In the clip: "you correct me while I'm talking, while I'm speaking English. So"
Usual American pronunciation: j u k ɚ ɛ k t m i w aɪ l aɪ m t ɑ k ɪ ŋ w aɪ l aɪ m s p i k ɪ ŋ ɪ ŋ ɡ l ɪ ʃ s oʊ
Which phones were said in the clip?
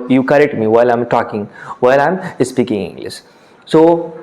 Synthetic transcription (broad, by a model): j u k ɚ ɛ k t m i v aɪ l aɪ m t ɑ k ɪ ŋ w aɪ l aɪ m s p i k ɪ ŋ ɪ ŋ ɡ l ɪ s s oʊ